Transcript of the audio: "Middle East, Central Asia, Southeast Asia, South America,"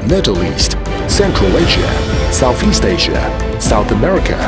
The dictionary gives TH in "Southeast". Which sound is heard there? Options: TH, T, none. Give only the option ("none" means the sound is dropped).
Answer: TH